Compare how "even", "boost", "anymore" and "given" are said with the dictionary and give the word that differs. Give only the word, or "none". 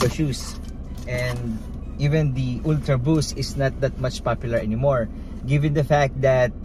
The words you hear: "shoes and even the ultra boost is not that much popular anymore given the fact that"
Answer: boost